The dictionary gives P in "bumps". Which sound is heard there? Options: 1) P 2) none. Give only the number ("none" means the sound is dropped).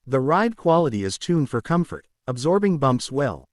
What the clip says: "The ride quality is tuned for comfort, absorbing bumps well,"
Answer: 1